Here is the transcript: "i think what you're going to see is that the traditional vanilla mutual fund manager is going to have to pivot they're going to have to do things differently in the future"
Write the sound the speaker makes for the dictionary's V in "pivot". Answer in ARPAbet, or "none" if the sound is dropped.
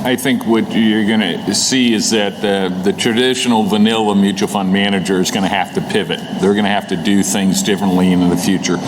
V